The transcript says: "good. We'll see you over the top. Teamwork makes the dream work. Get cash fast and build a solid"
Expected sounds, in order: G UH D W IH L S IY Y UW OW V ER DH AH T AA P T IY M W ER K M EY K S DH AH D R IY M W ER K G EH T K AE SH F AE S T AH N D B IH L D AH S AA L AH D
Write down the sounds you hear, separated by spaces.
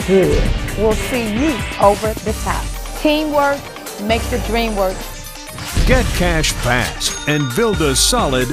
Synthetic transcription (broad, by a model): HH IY W IH L S IY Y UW OW V ER DH AH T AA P T IY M W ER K M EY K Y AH D R IY M W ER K G EH T K AE SH P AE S AH N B IH L D AH S AA L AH D